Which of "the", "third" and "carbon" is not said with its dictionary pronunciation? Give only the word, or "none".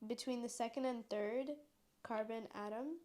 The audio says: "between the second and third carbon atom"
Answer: none